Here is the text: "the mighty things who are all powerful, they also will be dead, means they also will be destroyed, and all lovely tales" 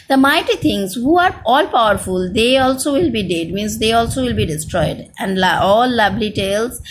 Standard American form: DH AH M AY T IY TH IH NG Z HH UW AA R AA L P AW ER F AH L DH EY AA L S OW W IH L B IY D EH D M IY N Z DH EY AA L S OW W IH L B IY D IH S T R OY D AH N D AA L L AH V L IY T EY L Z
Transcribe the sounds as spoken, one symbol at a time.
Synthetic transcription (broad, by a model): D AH M AY T IY T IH NG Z HH UW AA R AA L P AW ER F AH L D EY AA L S OW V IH L B IY D EH D M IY N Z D EY AA L S OW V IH L B IY D IH S T R OY D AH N D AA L L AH B L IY T EY L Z